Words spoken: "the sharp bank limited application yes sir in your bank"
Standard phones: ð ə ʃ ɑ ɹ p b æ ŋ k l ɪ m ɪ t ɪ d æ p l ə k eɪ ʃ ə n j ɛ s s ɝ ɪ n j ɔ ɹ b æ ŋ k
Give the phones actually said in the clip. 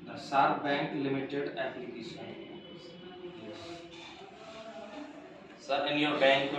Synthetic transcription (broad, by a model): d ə s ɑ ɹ b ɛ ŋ k l ɪ m ɪ t ɪ d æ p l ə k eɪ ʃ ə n j ɛ s s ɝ ɪ n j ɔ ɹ b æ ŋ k